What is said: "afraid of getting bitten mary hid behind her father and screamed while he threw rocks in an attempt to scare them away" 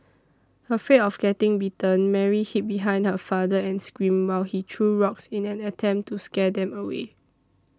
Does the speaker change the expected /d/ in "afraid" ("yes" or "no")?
yes